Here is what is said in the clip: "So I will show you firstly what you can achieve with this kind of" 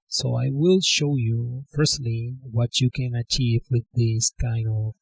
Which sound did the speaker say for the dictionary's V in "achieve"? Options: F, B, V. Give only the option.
V